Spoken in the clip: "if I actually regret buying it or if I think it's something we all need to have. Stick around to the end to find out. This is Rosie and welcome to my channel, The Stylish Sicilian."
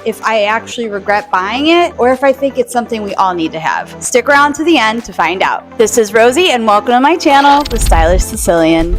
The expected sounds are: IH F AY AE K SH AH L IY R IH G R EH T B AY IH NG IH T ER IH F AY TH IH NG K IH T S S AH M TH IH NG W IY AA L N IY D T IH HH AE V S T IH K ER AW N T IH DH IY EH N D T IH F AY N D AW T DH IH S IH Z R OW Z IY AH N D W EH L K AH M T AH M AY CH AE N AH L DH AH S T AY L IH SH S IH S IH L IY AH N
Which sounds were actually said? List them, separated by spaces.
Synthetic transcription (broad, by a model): IH F AY AE K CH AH L IY R IH G R EH T B AY IH NG IH T ER IH F AY TH IH NG K IH T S S AH M TH IH NG W IY AA L N IY D T IH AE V S T IH K ER AW N T IH DH IY EH N T IH F AY N D AW T DH IH S IH Z R OW Z IY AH N W EH L K AH M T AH M AY CH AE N L DH AH S T AY L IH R S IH S IH L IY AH N